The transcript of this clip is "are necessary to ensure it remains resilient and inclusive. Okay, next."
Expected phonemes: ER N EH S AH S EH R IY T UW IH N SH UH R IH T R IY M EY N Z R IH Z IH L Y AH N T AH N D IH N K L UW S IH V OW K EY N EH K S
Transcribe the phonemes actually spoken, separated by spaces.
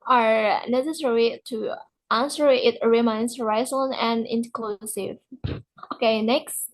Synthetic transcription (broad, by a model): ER N EH S AH S EH R IY T UW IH N S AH R IH T R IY M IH N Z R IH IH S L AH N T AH N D IH N K L UW S IH V OW K EY N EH K S